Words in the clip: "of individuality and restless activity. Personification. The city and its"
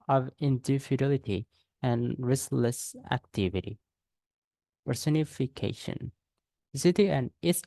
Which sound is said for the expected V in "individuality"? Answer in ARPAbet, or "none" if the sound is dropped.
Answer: F